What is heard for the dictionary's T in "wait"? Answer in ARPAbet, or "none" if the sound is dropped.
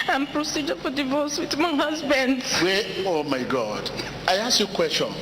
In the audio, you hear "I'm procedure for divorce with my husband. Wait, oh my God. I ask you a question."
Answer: none